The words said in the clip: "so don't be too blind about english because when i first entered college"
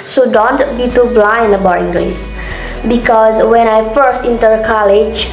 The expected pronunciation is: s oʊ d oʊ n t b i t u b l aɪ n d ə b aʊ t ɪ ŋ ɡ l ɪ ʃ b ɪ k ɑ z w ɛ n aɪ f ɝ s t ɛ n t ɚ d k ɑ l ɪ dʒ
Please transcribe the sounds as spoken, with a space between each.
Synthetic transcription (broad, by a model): s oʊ d oʊ n t b i t u b l aɪ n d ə b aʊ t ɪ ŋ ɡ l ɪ s b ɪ k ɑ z w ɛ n aɪ f ɝ s t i n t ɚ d k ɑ l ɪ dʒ